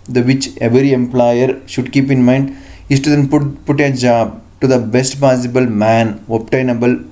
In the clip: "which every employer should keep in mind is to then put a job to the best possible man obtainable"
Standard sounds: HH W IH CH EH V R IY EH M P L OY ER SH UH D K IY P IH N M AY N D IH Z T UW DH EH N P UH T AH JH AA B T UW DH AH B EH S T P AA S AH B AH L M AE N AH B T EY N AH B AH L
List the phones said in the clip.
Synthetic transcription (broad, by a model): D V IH CH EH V R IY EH M P L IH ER SH UH D K IY P IH N M AY N D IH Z T UW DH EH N P UH T AH JH AA B T UW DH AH B EH S T P AA S AH B AH L M AE N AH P T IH N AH B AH L